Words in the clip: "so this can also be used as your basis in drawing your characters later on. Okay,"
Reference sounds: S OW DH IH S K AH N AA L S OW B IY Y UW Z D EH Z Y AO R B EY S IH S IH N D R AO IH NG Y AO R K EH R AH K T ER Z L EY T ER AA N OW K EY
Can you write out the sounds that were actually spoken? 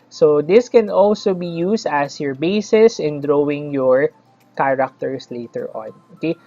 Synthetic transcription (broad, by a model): S OW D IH S K AH N AA L S OW B IY Y UW S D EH S Y AO R B EY S IH S IH N D R AO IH NG Y AO R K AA R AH K T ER S L EY T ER AA N OW K EY